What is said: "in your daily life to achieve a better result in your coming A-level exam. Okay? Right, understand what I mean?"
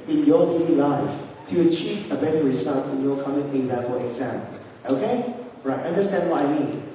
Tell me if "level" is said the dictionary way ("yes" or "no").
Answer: no